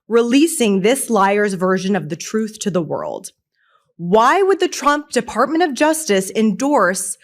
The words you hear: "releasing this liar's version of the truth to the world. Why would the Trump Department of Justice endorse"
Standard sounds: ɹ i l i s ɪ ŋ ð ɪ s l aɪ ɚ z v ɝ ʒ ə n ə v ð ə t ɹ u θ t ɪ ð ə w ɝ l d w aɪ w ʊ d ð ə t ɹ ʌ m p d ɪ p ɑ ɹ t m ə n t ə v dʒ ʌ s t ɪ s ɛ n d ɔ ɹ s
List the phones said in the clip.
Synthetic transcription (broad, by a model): ɹ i l i s ɪ ŋ ð ɪ s l aɪ ɚ z v ɝ ʒ ə n ə v ð ə t ɹ u θ t ɪ ð ə w ɝ l d w aɪ w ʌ d ð ə t ɹ ʌ m p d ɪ p ɑ ɹ t m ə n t ə v dʒ ʌ s t ɪ s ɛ n d ɔ ɹ s